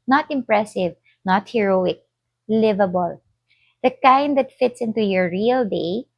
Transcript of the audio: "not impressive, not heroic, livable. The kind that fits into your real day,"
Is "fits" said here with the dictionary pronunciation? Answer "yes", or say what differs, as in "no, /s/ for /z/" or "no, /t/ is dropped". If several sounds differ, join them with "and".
yes